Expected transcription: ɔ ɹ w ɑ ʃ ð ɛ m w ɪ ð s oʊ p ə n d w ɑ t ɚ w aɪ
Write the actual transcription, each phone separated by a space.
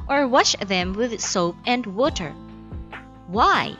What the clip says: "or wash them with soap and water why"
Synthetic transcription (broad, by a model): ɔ ɹ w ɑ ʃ ð ɛ m w ɪ ð s oʊ p ə n d w ɑ t ɚ w aɪ